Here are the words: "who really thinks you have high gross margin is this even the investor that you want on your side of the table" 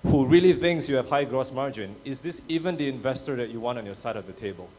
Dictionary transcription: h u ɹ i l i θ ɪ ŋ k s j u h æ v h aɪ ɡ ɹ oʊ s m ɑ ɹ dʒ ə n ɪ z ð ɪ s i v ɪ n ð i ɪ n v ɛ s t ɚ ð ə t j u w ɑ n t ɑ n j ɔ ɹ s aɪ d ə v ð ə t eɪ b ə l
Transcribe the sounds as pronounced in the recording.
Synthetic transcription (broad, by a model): h u ɹ i l i θ ɪ ŋ k s j u h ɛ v h aɪ ɡ ɹ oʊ s m ɑ ɹ dʒ ə n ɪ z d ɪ s i v ɪ n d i ɪ n v ɛ s t ɚ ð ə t j u w ɑ n t ɑ n j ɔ s aɪ d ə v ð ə t eɪ b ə l